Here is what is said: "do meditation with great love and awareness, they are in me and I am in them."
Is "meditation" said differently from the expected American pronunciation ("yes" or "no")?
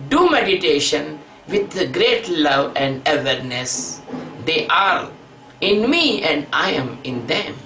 no